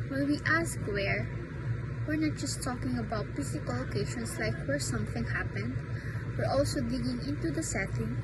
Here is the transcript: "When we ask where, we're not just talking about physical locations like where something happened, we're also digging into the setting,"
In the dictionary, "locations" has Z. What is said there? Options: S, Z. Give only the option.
S